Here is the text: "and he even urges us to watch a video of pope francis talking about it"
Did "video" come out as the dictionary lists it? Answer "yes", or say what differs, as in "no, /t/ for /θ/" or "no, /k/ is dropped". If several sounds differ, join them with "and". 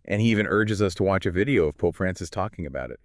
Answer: yes